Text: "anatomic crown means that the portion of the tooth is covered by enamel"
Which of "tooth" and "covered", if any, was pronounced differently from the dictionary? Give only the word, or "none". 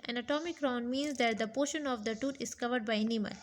tooth